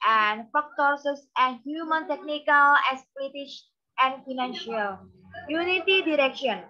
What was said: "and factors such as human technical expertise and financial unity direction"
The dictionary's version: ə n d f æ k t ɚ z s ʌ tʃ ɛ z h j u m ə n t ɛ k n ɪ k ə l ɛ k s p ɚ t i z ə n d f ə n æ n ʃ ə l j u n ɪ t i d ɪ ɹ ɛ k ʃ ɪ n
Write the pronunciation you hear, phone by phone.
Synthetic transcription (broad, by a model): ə n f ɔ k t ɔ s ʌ s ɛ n h j u m ə n t ɛ k n ɪ k ə l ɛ s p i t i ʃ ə n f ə n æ n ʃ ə l j u n ɪ t i d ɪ ɹ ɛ k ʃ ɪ n